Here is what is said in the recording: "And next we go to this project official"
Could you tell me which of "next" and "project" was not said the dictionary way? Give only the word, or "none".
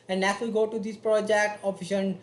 next